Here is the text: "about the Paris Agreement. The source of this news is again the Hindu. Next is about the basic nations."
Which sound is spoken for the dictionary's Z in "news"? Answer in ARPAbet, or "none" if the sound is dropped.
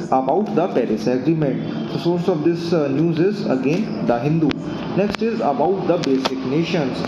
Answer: Z